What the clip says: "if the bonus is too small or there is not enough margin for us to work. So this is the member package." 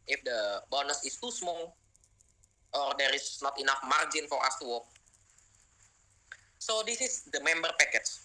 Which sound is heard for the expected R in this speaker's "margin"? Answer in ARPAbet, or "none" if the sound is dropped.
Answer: R